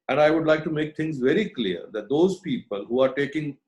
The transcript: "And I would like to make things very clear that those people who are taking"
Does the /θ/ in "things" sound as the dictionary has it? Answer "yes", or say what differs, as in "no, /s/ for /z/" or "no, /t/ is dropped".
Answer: no, /t/ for /θ/